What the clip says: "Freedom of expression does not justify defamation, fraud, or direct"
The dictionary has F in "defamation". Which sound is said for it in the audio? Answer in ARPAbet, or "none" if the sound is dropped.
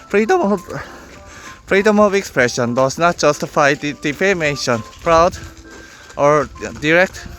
P